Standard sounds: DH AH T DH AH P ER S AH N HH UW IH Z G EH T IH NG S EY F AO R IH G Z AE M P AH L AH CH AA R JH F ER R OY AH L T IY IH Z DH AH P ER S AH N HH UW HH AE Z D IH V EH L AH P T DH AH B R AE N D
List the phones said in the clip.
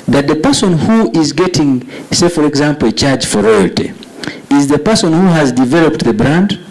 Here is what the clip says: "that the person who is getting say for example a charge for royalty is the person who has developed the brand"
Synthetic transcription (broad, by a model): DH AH T DH AH P ER S AH N HH UW IH Z G EH T IH NG S EY F AO R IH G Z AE M P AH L AH CH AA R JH F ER R OY AH L T IY IH Z DH AH P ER S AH N HH UW HH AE Z D IH V EH L AH P T DH AH B R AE N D